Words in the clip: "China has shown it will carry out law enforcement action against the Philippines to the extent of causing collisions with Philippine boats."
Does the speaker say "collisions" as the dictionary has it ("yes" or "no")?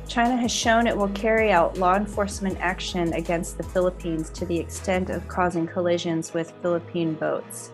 yes